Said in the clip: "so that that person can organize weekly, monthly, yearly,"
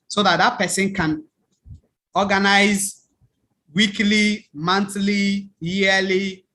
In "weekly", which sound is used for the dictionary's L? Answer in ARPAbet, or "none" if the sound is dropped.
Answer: L